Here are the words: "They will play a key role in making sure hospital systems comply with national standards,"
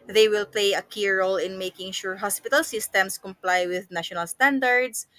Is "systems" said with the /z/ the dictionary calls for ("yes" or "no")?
no